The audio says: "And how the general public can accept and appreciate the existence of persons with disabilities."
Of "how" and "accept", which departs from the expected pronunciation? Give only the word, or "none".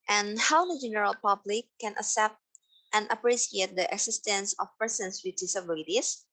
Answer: accept